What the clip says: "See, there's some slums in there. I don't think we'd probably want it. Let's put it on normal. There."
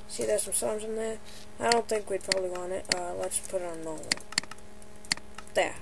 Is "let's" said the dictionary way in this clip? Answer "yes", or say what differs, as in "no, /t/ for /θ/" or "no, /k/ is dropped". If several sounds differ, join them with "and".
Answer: yes